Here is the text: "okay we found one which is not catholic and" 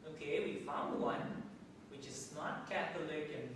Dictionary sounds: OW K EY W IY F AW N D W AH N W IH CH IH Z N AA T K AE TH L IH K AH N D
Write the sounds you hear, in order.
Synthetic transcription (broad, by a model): OW K EY W IY F AW N D W AH N W IH CH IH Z N AA T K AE T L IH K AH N